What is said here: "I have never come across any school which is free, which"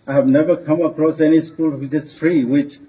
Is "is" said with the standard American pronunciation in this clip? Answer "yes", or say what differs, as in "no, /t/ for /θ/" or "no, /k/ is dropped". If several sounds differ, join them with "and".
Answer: no, /s/ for /z/